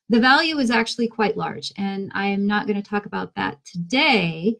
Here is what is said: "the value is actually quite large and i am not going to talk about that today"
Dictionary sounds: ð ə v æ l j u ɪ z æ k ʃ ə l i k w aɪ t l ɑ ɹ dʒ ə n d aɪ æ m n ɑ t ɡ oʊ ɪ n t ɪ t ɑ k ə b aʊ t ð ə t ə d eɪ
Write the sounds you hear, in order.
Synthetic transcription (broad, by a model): ð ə v æ l j u ɪ z æ k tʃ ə l i k w aɪ t l ɑ ɹ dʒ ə n aɪ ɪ m n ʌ t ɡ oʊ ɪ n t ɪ t ɑ k ə b aʊ t ð ə t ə d eɪ